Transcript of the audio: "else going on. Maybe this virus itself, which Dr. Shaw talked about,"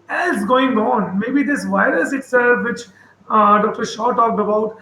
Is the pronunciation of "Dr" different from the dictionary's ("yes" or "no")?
no